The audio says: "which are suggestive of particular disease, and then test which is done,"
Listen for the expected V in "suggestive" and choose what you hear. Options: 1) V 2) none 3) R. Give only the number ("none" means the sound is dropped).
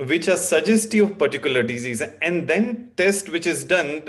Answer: 2